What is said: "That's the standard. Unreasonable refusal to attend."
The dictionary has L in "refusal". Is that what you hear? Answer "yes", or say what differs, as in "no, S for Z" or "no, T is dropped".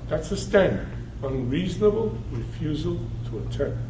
yes